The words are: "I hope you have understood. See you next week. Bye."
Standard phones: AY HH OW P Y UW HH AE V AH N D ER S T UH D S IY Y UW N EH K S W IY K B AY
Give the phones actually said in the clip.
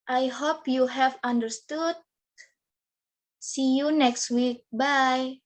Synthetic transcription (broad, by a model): AY HH OW P Y UW HH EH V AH N D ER S T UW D S IY Y UW N EH K S W IY K B AY